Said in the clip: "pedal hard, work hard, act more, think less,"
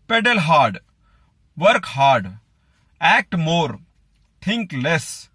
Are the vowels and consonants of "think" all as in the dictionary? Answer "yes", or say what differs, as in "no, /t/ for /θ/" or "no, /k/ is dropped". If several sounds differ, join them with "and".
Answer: no, /t/ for /θ/